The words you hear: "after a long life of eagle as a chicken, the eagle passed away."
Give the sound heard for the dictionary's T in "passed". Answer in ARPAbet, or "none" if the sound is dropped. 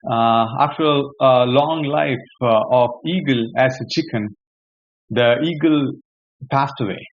T